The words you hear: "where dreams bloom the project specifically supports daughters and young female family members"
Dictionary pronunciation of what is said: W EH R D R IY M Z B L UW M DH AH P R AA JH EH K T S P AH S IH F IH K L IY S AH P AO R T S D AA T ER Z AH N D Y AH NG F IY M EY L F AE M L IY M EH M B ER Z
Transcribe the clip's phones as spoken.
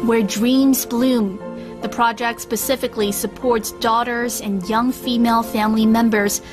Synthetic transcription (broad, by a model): W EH R D R IY M Z B L UW M DH AH P R AA JH EH K T S P AH S IH F IH K L IY S AH P AO R T S D AA T ER Z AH N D Y AH NG F IY M EY L F AE M L IY M EH M B ER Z